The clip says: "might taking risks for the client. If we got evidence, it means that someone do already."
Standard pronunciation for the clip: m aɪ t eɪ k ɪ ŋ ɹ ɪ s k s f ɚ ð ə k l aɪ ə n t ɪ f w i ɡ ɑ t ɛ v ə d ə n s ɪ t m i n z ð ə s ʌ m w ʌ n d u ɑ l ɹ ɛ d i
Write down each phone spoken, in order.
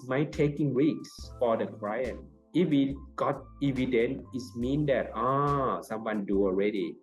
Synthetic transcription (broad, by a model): m aɪ t eɪ k ɪ ŋ ɹ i k s f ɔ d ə k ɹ aɪ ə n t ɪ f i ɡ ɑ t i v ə d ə n ɪ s m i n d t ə s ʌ m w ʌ n d u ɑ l ɹ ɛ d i